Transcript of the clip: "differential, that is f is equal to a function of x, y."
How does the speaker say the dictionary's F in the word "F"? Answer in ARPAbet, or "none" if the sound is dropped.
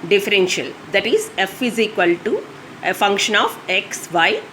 F